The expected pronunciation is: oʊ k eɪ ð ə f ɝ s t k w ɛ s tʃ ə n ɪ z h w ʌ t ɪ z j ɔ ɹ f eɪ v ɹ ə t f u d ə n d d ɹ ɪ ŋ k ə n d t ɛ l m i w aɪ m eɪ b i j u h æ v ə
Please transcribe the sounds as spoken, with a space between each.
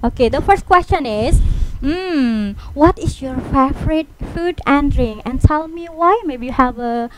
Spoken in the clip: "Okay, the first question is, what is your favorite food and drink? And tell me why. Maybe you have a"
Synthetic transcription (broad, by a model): oʊ k eɪ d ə f ɝ s t k w ɛ s tʃ ə n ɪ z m w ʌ t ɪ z j ɔ ɹ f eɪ f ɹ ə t f u d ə n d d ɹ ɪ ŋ ə n t ɛ l m i w aɪ m eɪ b i j u h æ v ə